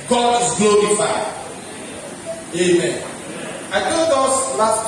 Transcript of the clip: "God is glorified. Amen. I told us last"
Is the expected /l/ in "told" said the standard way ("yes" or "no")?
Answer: no